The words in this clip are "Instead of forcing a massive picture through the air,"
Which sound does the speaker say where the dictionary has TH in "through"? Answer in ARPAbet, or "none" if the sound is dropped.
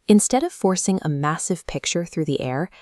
TH